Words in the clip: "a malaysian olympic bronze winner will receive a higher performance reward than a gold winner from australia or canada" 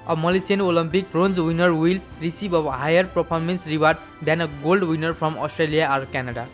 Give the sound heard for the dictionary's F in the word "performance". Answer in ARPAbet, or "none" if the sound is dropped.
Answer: P